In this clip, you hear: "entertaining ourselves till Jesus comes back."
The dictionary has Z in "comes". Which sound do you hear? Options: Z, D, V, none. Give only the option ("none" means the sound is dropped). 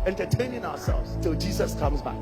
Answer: Z